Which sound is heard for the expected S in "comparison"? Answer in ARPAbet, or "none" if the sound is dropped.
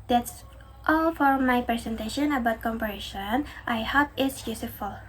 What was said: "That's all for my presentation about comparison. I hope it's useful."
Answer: SH